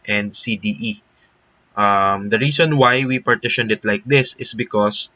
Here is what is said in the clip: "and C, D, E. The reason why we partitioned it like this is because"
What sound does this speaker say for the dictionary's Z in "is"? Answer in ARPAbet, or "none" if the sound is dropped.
S